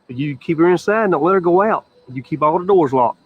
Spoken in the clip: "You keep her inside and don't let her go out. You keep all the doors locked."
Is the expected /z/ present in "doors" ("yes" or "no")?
yes